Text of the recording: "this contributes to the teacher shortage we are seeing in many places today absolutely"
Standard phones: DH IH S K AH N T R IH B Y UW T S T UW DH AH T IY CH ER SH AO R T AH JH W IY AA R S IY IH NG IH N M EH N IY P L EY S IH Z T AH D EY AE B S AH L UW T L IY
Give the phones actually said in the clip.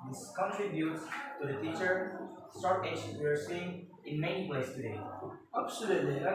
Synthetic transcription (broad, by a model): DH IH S K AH N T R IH B Y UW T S T UW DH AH T IY CH ER S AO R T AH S W IY AA R S IY IH NG IH N M EH N IY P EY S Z T AH D EY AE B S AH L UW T L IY